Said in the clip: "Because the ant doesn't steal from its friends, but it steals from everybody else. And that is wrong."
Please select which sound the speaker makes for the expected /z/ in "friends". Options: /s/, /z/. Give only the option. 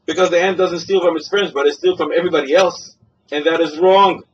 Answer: /z/